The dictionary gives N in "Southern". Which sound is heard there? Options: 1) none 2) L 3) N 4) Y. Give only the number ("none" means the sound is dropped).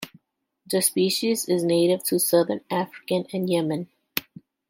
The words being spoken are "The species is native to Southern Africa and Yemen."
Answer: 3